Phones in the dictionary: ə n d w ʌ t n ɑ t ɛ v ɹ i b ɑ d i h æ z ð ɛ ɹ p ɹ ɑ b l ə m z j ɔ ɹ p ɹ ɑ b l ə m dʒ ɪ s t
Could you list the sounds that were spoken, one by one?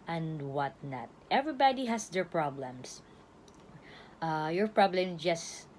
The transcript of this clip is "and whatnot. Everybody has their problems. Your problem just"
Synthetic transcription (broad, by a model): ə n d w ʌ t n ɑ t ɛ v ɹ i b ɑ d i h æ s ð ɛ ɹ p ɹ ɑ b l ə m s j ɔ ɹ p ɹ ɑ b l ə m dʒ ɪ s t